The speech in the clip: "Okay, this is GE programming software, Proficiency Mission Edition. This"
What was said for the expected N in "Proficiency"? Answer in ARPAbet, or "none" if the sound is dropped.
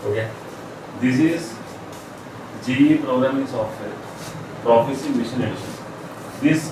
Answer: none